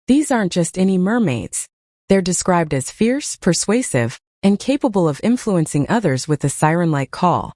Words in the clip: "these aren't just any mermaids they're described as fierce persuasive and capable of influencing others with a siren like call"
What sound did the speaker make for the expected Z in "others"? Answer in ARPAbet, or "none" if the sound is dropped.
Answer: Z